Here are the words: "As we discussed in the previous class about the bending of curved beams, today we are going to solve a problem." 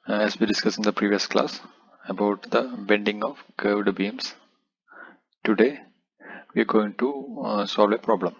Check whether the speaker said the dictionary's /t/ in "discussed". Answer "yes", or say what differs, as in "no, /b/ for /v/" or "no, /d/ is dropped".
no, /t/ is dropped